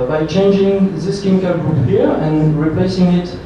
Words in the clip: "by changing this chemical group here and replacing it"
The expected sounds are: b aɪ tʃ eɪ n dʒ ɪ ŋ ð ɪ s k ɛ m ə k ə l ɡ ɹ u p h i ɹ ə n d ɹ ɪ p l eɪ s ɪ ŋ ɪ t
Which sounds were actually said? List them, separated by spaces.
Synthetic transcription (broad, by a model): b aɪ tʃ eɪ n dʒ ɪ ŋ ð ɪ s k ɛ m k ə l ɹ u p h i ɹ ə n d ɹ ɪ p l eɪ s ɪ ŋ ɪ t